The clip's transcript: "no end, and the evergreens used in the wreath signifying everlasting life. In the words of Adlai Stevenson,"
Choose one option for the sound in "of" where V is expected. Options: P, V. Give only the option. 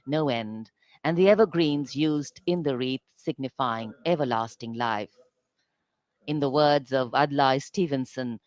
V